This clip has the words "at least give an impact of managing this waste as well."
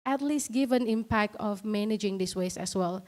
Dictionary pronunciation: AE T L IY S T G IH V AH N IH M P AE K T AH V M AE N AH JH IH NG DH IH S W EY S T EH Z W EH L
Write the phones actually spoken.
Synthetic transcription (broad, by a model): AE T L IY S T G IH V AH N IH M P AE K T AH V M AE N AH JH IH NG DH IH S W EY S EH S W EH L